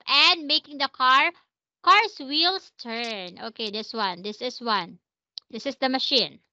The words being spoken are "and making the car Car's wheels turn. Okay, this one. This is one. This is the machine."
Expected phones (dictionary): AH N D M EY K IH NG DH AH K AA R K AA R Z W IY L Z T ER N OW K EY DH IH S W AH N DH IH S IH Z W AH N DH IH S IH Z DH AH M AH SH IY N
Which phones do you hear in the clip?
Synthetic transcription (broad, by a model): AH N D M EY K IH NG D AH K AA R K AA R S W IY L S T ER N OW K EY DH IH S W AH N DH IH S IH S W AH N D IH S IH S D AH M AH SH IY N